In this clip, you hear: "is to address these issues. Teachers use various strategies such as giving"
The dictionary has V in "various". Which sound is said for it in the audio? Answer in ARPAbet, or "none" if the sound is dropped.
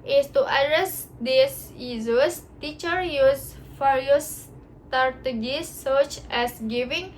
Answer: F